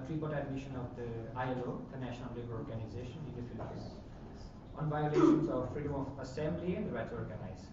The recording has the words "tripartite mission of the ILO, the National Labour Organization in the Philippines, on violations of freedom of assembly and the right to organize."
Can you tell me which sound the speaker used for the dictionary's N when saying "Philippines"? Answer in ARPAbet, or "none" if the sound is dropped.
none